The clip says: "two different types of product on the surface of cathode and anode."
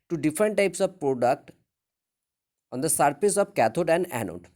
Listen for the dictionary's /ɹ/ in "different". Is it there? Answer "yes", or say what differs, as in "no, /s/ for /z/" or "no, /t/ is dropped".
yes